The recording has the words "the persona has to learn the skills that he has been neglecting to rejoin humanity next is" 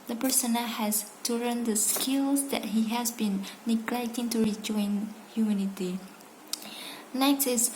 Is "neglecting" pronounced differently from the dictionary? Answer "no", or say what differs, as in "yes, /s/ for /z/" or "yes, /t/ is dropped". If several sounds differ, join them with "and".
no